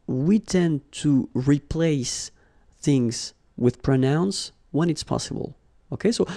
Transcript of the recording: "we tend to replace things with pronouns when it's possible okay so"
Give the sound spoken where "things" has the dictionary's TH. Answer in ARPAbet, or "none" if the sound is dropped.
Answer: TH